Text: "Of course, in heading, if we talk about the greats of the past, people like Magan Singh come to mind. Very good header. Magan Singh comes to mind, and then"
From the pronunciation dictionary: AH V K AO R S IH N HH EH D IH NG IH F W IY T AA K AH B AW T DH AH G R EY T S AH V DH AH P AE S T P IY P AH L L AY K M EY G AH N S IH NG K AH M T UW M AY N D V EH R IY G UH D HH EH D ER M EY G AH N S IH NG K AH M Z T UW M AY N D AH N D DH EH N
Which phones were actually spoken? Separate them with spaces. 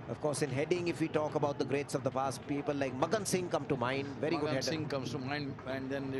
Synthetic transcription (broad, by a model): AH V K AO R S IH N HH EH D IH NG IH F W IY T AA K AH B AW T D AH G R EY T S AH V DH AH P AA S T P IY P AH L L AY K M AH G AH N S IH NG K AH M T UW M AY N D V EH R IY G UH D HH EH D S IH NG K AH M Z T UW M AY N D AH N D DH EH N